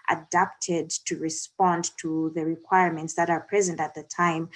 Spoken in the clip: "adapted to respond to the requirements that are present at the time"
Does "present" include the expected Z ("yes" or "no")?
yes